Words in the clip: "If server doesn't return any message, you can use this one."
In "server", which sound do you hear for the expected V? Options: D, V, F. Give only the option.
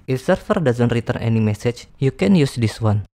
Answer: F